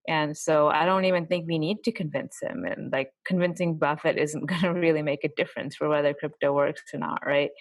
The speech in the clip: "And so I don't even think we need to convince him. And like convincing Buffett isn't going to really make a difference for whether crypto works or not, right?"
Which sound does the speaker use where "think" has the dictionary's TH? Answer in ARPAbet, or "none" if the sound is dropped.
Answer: TH